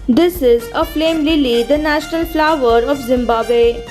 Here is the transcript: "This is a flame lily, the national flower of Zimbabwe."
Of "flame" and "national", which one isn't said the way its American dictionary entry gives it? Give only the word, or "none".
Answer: none